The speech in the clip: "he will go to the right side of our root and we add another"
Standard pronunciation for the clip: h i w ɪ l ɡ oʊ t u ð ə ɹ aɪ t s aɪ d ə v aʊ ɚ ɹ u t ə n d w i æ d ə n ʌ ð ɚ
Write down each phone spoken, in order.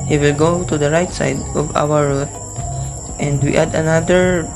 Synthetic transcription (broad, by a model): h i w ɪ l ɡ oʊ t u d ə ɹ aɪ t s aɪ d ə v aʊ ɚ ɹ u t ə n d w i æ d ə n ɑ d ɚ